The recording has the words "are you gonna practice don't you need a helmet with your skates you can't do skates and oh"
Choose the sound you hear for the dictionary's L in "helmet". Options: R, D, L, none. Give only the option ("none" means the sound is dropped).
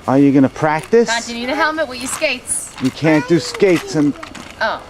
L